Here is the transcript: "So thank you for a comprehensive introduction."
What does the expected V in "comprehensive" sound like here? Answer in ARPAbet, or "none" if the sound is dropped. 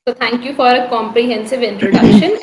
V